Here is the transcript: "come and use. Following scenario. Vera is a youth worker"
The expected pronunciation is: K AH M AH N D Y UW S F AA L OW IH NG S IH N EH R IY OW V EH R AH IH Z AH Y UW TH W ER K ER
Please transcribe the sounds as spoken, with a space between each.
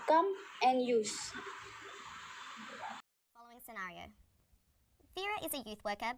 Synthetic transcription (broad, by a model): K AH M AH N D Y UW S F AA L OW IH NG S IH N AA R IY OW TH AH R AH IH Z AH Y UW TH W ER K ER